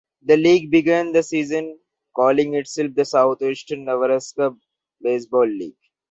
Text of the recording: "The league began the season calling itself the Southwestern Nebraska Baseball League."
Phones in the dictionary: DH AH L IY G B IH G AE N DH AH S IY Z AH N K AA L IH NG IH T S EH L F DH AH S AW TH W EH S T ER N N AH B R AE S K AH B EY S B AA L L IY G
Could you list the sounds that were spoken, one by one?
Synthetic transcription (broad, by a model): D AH L IY G B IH G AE N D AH S IY Z AH N K AA L IH NG IH T S EH L F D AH S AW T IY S T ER N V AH R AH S K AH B EY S B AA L L IY G